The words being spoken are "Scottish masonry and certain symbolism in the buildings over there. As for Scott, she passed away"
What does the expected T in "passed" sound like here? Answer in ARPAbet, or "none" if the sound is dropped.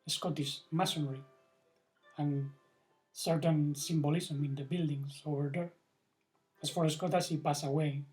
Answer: none